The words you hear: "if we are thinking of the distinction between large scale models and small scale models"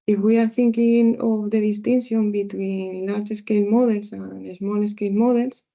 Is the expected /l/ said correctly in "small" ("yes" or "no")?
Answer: no